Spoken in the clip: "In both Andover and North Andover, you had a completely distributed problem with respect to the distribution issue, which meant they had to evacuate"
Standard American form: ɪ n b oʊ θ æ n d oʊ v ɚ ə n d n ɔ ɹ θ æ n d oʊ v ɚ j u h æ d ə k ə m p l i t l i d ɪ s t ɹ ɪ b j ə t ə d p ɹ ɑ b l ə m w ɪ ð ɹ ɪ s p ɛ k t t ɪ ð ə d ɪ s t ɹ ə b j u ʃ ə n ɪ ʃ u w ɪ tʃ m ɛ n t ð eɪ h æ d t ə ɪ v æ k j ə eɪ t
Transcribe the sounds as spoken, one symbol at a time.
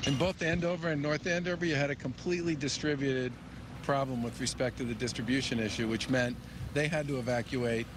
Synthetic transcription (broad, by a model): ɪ n b oʊ θ æ n d oʊ v ɚ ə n n ɔ ɹ θ æ n d oʊ v ɚ j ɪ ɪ d ə k ə m p l i t l i d ɪ s t ɹ ɪ b j ə t ə d p ɹ ɑ b l ə m w ɪ ð ɹ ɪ s p ɛ k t t ɪ ð ə d ɪ s t ɹ ə b j u ʃ ə n ɪ ʃ u w ɪ tʃ m ɛ n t ð eɪ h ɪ d t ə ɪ v æ k j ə eɪ t